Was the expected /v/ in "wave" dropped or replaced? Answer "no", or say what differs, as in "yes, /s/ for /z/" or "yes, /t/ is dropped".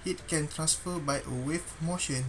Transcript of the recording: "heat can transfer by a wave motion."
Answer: yes, /f/ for /v/